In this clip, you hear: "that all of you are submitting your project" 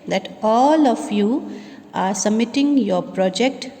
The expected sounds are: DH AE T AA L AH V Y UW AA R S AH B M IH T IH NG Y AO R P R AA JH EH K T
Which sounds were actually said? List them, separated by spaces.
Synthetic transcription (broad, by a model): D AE T AA L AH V Y UW AA R S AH M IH T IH NG Y AO R P R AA JH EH K T